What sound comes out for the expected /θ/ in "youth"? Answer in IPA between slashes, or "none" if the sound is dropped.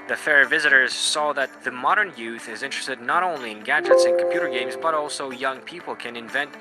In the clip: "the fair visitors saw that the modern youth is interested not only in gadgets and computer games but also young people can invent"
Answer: /θ/